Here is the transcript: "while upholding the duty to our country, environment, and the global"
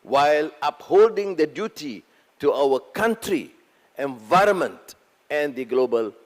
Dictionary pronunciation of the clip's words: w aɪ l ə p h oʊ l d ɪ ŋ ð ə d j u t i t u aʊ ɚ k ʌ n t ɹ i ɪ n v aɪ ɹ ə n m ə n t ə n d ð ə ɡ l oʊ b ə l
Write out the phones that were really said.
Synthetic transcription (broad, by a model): w aɪ l ə p h oʊ l d ɪ ŋ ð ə d j u t i t u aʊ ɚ k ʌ n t ɹ i ɪ n v aɪ ɹ ə n m ə n t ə n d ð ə ɡ l oʊ b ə l